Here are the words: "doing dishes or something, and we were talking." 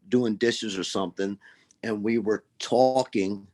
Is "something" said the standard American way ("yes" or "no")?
yes